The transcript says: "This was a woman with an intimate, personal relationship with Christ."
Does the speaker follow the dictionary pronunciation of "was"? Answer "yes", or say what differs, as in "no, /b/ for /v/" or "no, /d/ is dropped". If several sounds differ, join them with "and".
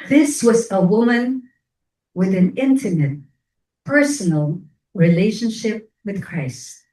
yes